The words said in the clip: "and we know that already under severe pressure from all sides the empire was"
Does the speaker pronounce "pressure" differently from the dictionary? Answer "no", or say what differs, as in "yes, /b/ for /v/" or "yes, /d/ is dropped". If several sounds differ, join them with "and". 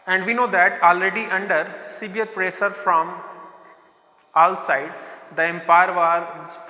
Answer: yes, /s/ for /ʃ/